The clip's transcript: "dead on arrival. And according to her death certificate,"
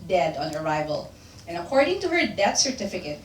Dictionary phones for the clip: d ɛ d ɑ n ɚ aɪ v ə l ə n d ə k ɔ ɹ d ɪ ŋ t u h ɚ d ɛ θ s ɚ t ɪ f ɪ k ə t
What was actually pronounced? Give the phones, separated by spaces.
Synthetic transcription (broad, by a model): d ɛ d ɑ n ɚ aɪ v ə l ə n ə k ɔ ɹ d ɪ ŋ t u h ɚ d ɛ t s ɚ t ɪ f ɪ k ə t